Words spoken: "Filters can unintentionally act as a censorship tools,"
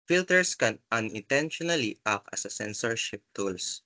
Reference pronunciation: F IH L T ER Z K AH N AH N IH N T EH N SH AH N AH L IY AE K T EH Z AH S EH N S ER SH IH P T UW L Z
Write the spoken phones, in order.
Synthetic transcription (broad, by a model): F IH L T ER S K AH N AH N IH N T EH N SH AH N AH L IY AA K AH S AH S EH N S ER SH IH P T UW L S